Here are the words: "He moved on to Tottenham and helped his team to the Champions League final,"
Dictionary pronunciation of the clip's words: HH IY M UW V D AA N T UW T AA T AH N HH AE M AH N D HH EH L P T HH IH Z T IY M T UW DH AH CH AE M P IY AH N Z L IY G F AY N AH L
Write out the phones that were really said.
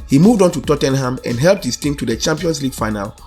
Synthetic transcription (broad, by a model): HH IY M UW V D AA N T UW T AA T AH N HH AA M AH N D HH EH L P T HH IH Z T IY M T UW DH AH CH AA M P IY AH N S L IY G F AY N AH L